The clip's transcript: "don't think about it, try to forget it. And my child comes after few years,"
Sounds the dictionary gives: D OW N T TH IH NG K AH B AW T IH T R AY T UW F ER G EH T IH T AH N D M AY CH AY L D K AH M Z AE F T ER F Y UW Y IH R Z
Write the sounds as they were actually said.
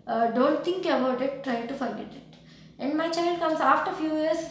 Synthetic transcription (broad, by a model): D OW N T T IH NG K AH B AW T IH T R AY T UW F ER G EH T IH T AH N D M AY CH AY L D K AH M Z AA F T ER F Y UW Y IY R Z